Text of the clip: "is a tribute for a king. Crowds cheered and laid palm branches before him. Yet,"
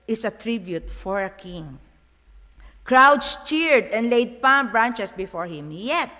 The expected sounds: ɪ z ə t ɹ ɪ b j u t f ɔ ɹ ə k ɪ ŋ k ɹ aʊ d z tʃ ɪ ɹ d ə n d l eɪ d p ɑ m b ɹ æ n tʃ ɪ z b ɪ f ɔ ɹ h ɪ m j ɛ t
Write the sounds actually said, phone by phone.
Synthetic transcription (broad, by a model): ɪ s ə t ɹ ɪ b j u t f ɔ ɹ ə k ɪ ŋ k ɹ aʊ d s tʃ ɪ ɹ d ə n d l eɪ d p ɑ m b ɹ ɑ n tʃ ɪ s b ɪ f ɔ ɹ h ɪ m j ɛ t